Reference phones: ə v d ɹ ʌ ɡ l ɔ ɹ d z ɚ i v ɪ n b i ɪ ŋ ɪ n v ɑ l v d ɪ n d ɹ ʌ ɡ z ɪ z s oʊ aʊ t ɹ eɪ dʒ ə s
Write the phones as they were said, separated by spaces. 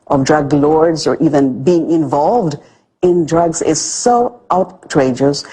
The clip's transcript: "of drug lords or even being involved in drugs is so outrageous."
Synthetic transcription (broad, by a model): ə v d ɹ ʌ ɡ l ɔ ɹ d z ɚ i v ɪ n b i ɪ ŋ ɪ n v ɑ l v d ɪ n d ɹ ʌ ɡ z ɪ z s oʊ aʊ t ɹ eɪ dʒ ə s